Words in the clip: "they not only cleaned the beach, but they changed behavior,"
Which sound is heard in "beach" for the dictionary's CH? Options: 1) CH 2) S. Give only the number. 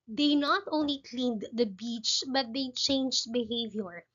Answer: 1